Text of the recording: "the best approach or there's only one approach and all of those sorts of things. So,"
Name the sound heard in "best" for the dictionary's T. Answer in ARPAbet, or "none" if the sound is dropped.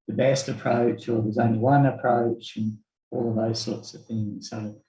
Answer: T